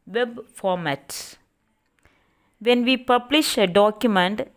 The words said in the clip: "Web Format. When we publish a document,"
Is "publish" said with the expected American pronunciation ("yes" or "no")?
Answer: yes